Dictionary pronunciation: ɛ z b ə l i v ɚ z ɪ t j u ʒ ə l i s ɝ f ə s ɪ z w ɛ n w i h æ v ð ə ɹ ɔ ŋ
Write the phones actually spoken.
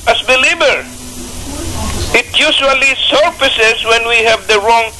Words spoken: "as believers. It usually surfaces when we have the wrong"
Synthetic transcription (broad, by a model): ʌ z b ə l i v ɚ ɪ t j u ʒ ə l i s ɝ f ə s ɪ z w ɛ n w i h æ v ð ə ɹ ɔ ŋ